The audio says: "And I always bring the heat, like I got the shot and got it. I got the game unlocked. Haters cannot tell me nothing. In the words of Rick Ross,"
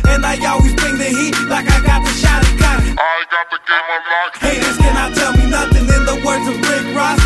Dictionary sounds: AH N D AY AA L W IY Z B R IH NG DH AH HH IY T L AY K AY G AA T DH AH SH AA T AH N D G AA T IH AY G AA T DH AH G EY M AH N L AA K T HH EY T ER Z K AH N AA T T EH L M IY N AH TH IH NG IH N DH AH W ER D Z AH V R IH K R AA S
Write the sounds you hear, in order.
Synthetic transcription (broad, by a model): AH N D AY AA L W IY Z B R IH NG DH AH HH IY T L AY K AY G AA T DH AH SH AA T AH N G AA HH IH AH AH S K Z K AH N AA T T EH L M IY N AH TH IH NG IH N DH AH W ER D Z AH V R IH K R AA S